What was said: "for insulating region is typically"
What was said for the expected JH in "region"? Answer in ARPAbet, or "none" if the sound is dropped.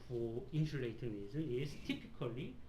Z